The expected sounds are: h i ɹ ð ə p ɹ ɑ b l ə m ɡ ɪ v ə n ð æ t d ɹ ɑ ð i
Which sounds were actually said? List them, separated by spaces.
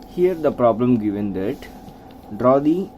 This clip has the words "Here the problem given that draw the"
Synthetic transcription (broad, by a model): h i ɹ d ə p ɹ ɑ b l ə m ɡ ɪ v ə n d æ t d ɹ ɑ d i